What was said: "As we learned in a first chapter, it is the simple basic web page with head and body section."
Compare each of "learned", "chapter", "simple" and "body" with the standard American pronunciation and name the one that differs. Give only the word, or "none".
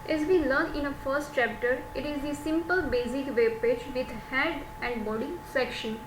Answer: learned